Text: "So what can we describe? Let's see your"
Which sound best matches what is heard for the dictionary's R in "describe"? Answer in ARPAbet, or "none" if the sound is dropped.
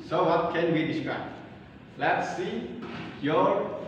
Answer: R